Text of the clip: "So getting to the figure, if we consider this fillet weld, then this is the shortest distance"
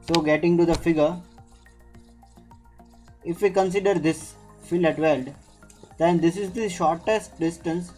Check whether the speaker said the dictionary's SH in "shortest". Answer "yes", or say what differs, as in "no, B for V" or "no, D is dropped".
yes